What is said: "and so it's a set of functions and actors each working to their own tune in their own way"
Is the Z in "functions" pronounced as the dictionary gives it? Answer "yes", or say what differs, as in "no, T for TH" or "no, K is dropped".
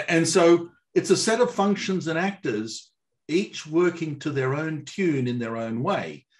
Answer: yes